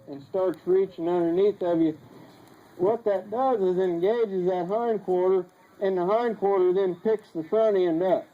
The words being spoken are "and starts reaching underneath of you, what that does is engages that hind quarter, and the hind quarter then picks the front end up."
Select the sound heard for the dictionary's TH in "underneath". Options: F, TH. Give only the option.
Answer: TH